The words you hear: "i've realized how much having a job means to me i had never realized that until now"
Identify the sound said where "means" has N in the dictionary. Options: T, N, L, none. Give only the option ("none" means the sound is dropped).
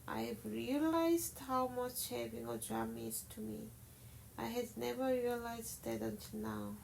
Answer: none